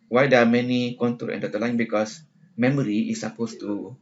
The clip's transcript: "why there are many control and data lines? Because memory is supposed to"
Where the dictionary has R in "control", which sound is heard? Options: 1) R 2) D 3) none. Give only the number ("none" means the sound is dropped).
3